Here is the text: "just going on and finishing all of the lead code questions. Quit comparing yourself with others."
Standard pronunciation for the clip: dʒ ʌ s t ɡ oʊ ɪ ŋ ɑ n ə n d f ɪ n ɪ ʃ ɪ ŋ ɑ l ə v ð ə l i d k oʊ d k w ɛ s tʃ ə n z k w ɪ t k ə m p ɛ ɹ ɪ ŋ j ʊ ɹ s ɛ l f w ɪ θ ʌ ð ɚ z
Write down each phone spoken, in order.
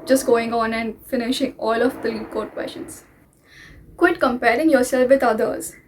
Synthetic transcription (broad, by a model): dʒ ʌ s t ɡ oʊ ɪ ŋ ɑ n ə n d f ɪ n ɪ ʃ ɪ ŋ ɑ l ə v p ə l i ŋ k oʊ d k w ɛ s ʃ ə n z k w ɪ t k ə m p ɛ ɹ ɪ ŋ j ʊ ɹ s ɛ l f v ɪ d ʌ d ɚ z